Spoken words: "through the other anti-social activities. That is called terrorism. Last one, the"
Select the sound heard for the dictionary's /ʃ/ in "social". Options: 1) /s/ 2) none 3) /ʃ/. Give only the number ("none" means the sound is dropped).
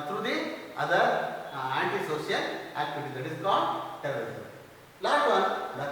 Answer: 1